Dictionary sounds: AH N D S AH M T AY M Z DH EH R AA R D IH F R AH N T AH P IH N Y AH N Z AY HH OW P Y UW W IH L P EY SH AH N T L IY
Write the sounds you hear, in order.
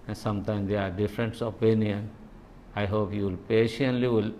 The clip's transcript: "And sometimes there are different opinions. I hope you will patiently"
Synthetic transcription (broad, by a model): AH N S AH M T AY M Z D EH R AA R D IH F R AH N T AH P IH N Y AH N AY HH OW P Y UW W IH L P EY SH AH N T L IY